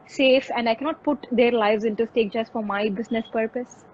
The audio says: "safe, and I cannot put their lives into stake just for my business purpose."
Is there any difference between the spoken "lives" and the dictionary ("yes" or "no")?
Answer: no